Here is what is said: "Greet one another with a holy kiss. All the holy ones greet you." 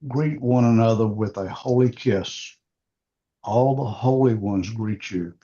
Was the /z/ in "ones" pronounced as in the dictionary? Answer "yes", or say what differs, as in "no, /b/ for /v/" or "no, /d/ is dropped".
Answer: yes